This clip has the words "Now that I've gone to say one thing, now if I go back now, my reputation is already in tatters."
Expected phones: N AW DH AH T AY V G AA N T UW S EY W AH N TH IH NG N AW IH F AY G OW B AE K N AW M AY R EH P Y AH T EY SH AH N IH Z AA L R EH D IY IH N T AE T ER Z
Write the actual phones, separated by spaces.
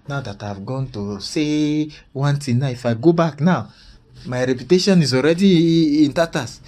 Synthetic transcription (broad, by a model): N AW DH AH T AY V G AA N T UW S EY W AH N T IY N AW IH F AY G OW B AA K N AW M AY R EH P Y AH T EY SH AH N IH Z AA L R EH D IY IH N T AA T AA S